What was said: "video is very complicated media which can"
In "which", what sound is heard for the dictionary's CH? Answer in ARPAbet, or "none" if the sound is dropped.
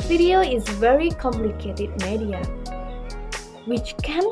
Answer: CH